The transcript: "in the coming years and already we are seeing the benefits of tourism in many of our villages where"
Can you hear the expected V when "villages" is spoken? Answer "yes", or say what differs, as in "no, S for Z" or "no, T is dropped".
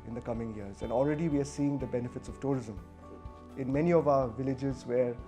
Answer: yes